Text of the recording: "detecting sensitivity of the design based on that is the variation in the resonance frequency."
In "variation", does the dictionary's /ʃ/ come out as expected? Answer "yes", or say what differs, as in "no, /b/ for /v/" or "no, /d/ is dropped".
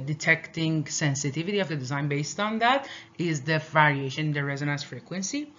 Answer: no, /ʃ/ is dropped